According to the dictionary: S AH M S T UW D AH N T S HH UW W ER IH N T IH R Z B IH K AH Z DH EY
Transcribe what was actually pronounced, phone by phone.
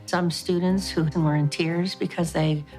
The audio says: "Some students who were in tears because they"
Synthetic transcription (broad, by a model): S AH M S T UW D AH N T S HH UW W ER IH N T IH R Z B IH K AH Z DH EY